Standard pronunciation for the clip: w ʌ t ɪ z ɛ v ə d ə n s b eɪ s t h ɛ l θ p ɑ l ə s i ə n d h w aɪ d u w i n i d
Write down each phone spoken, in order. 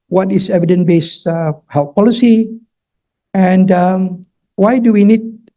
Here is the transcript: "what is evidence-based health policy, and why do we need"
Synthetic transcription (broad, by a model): w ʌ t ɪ s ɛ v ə d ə n b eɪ s h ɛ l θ p ɑ l ə s i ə n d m w aɪ d u w i n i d